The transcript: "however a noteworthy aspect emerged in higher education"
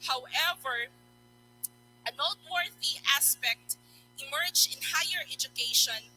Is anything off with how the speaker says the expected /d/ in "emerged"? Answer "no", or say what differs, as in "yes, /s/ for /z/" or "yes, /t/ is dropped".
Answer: yes, /d/ is dropped